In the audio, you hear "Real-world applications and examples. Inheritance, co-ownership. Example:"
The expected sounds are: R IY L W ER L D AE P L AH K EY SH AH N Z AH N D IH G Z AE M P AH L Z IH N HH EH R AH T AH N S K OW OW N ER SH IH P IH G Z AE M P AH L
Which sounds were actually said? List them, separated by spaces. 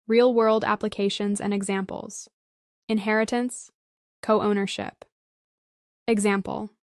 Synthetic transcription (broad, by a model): R IY L W ER L D AE P L AH K EY SH AH N Z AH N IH G Z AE M P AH L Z IH N HH EH R AH T AH N S K OW OW N ER SH IH P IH G Z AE M P L